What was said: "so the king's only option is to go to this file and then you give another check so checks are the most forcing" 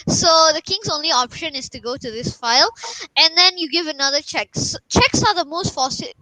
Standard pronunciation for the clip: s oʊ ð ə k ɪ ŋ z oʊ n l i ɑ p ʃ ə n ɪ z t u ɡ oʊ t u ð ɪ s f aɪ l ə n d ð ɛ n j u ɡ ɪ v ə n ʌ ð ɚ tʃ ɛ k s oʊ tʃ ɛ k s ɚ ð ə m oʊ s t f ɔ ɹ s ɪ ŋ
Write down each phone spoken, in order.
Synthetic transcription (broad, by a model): s oʊ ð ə k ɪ ŋ s oʊ n l i ɑ p ʃ ə n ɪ s t u ɡ oʊ t u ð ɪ s f aɪ l ə n d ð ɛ n j u ɡ ɪ v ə n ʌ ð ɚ tʃ ɛ k s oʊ tʃ ɛ k s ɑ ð ə m oʊ s t f ɔ s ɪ